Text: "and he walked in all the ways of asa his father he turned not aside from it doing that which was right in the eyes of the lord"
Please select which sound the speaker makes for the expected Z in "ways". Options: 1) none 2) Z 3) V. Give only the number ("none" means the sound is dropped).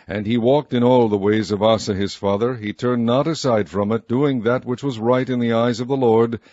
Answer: 2